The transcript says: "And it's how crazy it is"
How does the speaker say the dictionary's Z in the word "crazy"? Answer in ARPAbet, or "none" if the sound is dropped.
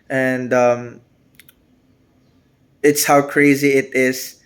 Z